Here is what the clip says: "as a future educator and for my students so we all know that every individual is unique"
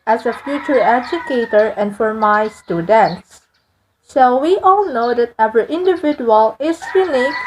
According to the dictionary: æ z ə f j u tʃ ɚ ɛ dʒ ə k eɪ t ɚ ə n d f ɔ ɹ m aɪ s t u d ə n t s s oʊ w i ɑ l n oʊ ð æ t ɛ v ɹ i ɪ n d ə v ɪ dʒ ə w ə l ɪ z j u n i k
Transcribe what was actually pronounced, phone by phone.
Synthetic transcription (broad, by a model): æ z ə f j u tʃ ɚ ɛ dʒ ə k eɪ t ɚ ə n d f ɔ ɹ m aɪ s t u d ə n t s ʃ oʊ w i ɑ l n oʊ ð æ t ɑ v ɹ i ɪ n d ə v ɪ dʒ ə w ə l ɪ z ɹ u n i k